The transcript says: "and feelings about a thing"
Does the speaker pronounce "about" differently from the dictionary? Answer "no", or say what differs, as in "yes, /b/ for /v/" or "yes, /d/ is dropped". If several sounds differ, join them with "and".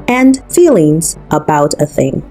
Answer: no